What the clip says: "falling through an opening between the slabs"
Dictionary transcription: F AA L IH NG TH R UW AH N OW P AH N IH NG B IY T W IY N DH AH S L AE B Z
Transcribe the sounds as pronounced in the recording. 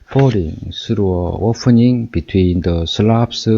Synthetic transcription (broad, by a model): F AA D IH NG S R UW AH OW P AH N IH NG B IY T W IY N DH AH S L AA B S